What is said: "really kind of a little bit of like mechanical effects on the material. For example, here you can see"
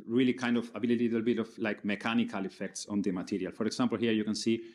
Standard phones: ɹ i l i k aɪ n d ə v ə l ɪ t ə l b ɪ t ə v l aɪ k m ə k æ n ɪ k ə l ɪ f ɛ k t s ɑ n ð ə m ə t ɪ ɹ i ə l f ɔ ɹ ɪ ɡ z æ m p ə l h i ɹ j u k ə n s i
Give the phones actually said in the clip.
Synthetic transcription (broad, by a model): ɹ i l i k aɪ n d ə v ə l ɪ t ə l b ɪ t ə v l aɪ k m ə k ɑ n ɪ k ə l ɪ f ɛ k t s ɑ n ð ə m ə t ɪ ɹ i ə l f ɔ ɹ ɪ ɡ s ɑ m p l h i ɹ j u k ə n s i